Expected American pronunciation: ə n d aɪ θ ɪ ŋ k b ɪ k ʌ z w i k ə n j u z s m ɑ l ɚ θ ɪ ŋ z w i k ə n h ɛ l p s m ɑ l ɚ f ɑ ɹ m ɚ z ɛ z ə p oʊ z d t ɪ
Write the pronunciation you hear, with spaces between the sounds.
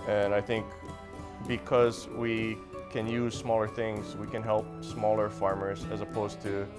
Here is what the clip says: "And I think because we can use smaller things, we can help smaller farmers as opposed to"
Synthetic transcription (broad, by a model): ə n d aɪ θ ɪ ŋ k b ɪ k ʌ z w i k ə n j u z s m ɑ l ɚ θ ɪ ŋ z w i k ə n h ɛ l p s m ɑ l ɚ f ɑ ɹ m ɚ z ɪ z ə p oʊ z t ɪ